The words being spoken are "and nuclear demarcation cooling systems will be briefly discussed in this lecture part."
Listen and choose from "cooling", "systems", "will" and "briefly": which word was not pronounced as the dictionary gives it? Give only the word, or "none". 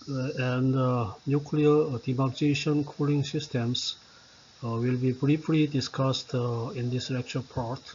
systems